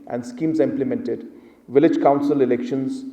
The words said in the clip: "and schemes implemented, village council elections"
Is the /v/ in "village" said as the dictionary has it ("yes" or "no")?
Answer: yes